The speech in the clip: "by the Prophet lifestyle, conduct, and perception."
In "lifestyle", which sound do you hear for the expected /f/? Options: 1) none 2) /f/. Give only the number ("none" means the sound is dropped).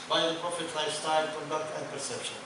1